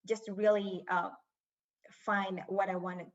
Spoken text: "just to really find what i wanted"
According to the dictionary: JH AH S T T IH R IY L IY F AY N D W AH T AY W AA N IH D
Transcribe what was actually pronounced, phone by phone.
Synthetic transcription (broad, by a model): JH AH S T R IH L IY IY F AY N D W AH T AY W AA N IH